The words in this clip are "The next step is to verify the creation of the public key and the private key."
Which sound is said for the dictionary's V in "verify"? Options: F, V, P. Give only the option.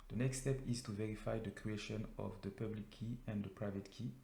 V